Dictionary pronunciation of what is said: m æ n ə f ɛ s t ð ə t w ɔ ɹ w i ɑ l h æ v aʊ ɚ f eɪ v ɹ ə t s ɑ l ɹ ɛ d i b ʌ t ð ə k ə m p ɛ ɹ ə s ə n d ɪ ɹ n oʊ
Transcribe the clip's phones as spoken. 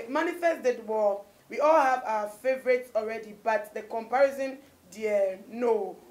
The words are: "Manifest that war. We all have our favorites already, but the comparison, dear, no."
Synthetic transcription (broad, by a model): m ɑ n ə f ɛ s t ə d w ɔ w i ɑ l h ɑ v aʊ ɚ f eɪ v ɹ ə t s ɑ l ɹ ɛ d i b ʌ t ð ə k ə m p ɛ ɹ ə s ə n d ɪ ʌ n oʊ